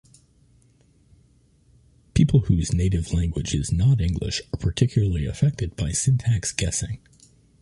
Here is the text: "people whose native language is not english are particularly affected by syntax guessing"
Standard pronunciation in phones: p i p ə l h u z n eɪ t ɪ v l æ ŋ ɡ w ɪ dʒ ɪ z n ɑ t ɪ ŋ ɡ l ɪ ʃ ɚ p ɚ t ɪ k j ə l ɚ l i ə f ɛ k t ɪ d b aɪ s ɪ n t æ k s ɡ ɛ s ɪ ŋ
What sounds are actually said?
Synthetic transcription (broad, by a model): p i p l h u z n eɪ t ɪ v l æ ŋ ɡ w ɪ dʒ ɪ z n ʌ t ɪ ŋ ɡ l ɪ ʃ ɚ p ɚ t ɪ k j l ɚ l i ə f ɛ k t ɪ d b aɪ s ɪ n t æ k s ɡ ɛ s ɪ ŋ